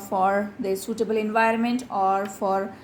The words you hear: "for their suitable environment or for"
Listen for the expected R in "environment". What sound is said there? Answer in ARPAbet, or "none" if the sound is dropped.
R